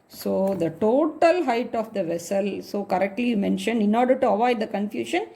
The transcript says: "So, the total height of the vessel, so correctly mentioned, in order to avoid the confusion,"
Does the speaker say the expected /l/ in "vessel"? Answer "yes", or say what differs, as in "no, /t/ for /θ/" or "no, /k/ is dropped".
yes